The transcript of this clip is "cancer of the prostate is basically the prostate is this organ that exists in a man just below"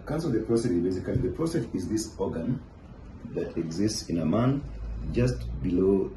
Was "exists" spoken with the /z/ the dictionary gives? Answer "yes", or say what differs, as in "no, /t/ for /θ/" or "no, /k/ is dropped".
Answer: yes